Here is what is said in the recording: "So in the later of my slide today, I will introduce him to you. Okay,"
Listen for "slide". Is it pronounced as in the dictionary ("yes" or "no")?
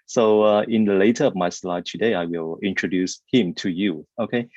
yes